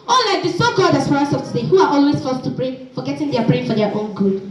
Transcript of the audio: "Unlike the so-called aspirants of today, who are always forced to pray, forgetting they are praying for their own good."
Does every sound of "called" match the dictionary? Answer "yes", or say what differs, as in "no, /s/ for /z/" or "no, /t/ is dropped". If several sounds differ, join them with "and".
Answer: no, /l/ is dropped